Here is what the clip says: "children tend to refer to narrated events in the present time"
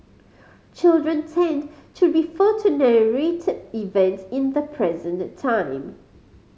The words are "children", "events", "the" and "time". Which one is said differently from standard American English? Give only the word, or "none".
events